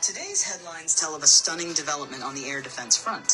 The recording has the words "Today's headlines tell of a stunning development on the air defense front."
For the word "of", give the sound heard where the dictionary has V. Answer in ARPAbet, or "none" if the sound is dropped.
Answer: V